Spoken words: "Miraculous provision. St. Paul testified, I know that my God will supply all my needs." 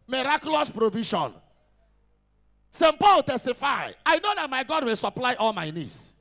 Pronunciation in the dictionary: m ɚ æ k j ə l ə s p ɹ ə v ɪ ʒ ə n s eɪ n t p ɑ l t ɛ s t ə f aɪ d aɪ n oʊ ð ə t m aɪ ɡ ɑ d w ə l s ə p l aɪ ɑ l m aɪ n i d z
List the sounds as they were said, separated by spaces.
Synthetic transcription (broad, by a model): m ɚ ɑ k j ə l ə s p ɹ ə v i ʃ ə n s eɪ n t p ɑ l t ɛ s t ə f aɪ aɪ n oʊ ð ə t m aɪ ɡ ɑ d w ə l s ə p l aɪ ɑ l m aɪ n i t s